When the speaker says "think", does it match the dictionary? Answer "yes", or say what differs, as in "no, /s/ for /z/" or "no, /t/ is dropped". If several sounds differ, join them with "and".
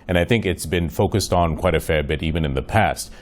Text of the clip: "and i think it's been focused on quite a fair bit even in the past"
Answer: yes